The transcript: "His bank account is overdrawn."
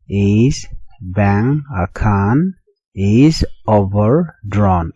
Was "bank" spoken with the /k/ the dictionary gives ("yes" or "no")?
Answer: no